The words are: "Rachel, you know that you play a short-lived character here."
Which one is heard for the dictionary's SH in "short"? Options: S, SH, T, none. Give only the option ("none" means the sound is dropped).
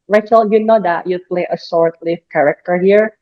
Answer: S